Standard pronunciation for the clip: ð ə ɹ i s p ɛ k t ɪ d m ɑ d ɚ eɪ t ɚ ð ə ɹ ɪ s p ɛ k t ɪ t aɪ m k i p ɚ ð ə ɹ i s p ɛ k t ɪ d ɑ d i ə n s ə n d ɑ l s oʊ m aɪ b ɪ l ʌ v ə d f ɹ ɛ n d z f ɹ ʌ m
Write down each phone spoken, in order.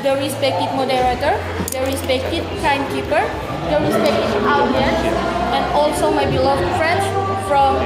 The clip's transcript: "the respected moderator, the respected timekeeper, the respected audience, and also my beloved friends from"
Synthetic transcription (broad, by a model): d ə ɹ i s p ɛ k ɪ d m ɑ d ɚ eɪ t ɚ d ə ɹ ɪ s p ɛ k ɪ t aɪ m k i p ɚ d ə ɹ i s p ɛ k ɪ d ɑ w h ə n ə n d ɑ l s oʊ m aɪ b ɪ l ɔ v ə f ɹ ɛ n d s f ɹ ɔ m